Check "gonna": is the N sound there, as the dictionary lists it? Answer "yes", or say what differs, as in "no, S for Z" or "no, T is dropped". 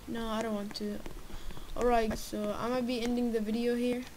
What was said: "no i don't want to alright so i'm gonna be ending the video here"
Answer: no, N is dropped